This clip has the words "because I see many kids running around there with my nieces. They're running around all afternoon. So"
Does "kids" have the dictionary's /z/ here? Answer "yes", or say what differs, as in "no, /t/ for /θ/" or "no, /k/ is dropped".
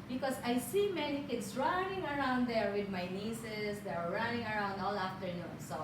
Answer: no, /s/ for /z/